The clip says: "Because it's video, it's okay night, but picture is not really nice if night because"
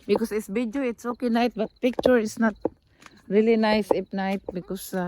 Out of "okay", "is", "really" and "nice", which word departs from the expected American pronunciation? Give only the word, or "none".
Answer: is